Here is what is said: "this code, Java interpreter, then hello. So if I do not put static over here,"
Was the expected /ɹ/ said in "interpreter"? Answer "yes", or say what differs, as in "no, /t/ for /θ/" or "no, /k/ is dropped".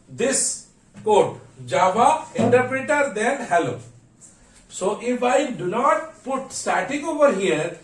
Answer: yes